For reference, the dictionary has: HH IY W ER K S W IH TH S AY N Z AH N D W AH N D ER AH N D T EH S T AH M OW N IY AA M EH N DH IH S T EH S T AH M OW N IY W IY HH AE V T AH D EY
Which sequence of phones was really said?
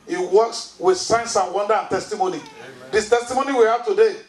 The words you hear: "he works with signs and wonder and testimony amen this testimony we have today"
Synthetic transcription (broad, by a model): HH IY W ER K S W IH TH S AY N S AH N W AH N D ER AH N T EH S T AH M OW N IY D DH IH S T EH S T AH M OW N IY W IY HH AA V T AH D EY